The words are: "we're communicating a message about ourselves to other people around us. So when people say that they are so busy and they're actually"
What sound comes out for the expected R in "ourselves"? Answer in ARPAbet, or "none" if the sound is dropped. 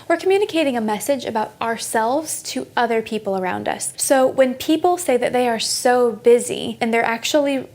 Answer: R